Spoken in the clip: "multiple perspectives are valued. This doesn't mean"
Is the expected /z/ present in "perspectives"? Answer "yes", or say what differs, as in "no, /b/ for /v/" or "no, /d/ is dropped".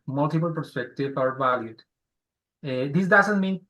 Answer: no, /z/ is dropped